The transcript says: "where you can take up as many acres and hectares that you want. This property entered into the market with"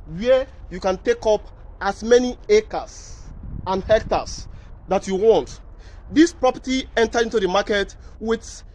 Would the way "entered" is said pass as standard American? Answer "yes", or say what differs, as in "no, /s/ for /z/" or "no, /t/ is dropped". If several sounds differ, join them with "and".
no, /d/ is dropped